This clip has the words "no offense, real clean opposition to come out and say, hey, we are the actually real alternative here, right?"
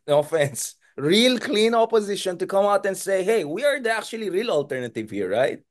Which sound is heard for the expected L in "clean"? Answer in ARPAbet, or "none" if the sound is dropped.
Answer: L